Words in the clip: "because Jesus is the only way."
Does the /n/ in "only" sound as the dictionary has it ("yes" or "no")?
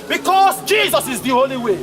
no